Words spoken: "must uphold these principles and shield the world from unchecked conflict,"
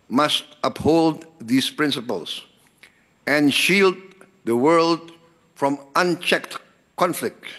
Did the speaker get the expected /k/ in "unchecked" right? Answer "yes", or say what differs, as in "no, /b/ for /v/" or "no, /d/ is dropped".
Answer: yes